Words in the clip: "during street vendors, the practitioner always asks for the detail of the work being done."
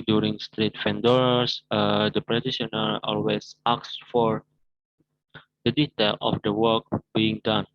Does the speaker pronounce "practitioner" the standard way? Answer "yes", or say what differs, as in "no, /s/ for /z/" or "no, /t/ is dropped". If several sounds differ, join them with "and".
no, /k/ is dropped